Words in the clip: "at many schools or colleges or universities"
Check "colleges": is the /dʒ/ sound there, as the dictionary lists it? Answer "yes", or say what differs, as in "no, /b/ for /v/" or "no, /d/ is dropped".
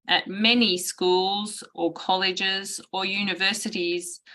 yes